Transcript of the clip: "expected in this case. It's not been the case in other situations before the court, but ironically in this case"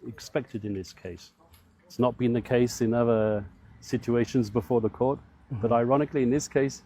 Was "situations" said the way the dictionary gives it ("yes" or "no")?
yes